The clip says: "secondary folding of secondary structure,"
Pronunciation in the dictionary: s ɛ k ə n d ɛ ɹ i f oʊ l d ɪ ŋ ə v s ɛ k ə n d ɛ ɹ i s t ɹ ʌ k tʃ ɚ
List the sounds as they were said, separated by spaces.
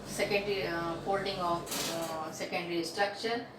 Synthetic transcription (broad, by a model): s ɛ k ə n d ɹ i p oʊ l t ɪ ŋ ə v s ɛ k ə n d ɹ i s t ɹ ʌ k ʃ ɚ